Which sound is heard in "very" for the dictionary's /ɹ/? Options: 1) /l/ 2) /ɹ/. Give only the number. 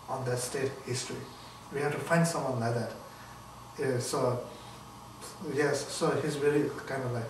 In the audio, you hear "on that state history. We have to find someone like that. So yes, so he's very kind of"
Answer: 1